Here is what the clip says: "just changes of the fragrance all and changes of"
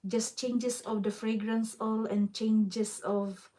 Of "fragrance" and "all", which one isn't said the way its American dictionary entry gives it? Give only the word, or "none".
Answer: none